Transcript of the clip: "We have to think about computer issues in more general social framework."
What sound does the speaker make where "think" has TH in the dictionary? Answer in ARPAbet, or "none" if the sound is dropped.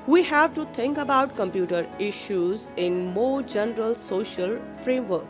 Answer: T